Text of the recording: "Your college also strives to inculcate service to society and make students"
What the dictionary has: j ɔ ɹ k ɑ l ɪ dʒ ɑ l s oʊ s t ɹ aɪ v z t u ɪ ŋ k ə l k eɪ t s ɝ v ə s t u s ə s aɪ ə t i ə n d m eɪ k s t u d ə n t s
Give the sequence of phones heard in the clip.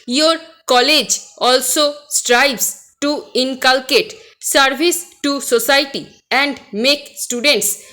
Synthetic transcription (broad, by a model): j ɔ ɹ k ɑ l ɪ dʒ ɑ l s oʊ s t ɹ aɪ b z t u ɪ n k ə l k eɪ t s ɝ b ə s t u s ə s aɪ t i ə n d m eɪ k s t u d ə n t s